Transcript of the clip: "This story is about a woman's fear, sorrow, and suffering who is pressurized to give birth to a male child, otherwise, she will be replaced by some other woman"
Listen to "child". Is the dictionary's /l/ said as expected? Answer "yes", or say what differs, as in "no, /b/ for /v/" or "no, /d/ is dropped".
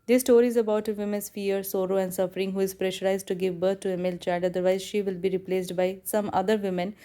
no, /l/ is dropped